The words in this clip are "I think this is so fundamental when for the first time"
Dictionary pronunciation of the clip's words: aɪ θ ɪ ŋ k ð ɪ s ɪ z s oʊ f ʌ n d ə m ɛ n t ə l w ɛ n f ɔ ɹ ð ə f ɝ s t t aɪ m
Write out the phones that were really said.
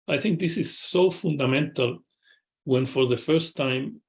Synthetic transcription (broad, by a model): aɪ θ ɪ ŋ k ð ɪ s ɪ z s oʊ f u n d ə m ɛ n t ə l w ɛ n f ɔ ɹ ð ə f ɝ s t t aɪ m